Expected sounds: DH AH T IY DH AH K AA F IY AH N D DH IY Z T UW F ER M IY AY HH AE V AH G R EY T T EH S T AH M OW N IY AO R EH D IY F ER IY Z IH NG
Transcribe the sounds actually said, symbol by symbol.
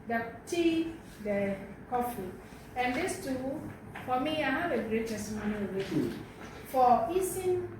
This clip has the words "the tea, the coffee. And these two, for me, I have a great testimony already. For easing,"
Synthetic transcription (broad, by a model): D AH T IY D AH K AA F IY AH N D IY S T UW F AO M IY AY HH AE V AH G R EY T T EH S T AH M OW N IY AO W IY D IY F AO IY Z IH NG